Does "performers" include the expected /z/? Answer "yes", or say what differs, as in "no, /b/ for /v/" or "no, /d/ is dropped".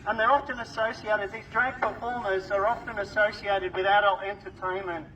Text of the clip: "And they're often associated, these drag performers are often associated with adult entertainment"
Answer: yes